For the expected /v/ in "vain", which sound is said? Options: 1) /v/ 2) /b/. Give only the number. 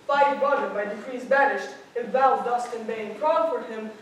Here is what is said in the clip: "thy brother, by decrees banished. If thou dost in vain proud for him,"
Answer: 2